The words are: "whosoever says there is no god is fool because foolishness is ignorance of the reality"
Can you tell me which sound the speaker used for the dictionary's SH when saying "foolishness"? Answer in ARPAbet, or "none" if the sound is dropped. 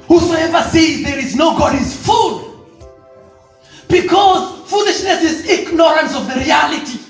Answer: SH